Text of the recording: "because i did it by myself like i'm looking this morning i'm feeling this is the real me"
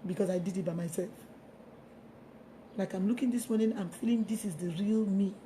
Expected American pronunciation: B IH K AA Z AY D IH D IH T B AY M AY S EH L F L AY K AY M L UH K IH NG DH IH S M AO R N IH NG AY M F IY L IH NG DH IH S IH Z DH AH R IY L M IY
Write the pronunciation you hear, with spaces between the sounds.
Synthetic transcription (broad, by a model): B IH K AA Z AY D IH D IH T B AY M AY S EH L F L AY K AY M L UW K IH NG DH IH S M AO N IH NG AY M F IY L IH NG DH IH S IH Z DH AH R IY L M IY